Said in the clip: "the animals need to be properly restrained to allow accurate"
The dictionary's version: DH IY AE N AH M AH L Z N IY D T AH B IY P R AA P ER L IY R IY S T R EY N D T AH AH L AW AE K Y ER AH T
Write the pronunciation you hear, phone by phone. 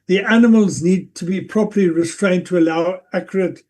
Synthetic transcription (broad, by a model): DH IY AE N AH M AH L Z N IY D T AH B IY P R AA P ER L IY R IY S T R EY N T AH AH L AW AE K Y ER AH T